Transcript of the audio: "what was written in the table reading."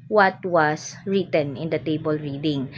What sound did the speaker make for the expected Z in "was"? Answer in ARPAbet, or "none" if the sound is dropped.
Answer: S